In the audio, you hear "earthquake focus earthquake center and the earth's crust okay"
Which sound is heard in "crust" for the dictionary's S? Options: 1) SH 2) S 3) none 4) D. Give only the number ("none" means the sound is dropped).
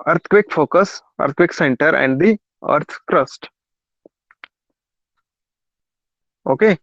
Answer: 2